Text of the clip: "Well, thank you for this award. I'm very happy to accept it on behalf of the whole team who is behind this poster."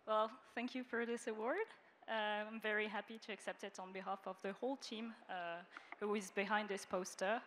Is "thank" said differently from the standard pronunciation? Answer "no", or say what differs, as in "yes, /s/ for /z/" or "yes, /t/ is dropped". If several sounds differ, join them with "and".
no